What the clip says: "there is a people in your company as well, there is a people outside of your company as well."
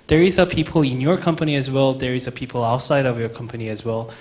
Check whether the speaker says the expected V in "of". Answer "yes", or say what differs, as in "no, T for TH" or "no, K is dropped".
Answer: yes